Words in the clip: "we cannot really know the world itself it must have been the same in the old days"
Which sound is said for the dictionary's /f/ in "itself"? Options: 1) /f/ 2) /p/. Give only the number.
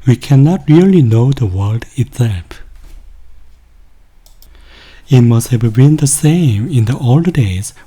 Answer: 2